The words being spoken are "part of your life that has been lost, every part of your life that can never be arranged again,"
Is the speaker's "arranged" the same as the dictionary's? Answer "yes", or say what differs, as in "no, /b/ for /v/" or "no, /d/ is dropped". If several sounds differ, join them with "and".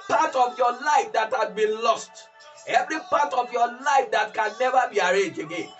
no, /d/ is dropped